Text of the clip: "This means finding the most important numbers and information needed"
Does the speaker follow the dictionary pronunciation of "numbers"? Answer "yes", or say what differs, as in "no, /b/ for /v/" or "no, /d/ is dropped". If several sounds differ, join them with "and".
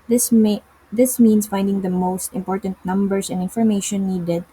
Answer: no, /s/ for /z/